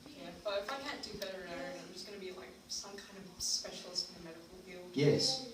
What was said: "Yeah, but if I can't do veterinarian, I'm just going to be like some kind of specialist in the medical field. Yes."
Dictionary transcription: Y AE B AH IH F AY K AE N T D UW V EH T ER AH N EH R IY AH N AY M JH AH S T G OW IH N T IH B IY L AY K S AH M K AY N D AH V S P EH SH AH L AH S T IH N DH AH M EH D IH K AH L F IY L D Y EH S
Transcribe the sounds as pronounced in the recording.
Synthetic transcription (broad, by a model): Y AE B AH IH F AY K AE N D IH B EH T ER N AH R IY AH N AY M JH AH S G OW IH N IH B IY L AY K S AH M K AY N D AH V S P EH SH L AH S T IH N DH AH M EH D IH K L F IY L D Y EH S